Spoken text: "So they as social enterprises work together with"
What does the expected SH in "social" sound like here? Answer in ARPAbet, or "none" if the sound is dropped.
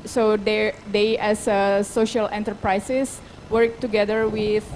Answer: SH